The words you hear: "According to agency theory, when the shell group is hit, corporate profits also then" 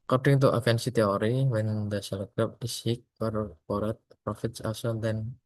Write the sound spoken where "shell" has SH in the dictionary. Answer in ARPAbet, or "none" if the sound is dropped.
S